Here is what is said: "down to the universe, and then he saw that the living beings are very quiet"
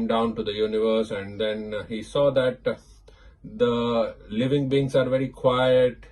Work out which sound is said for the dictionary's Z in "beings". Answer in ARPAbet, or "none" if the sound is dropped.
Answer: S